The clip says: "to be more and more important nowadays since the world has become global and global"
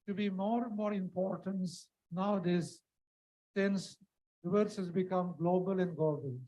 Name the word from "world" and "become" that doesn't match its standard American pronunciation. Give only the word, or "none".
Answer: world